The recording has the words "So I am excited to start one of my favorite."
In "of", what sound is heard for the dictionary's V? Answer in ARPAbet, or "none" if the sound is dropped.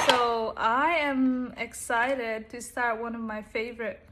V